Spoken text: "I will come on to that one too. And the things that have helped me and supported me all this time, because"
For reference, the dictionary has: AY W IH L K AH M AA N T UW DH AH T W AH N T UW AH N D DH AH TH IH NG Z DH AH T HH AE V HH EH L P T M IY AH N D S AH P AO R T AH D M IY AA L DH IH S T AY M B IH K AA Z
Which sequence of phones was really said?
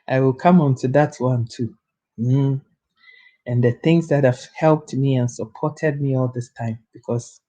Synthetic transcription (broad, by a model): AY W IH L K AH M AA N T UW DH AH T W AH N T UW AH N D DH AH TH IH NG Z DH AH T HH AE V HH EH L P T M IY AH N S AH P AO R T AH D M IY AA L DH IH S T AY M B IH K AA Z